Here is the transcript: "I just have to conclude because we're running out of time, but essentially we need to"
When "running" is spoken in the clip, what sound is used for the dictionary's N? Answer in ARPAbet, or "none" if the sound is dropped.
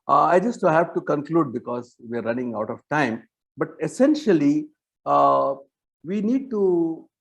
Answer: N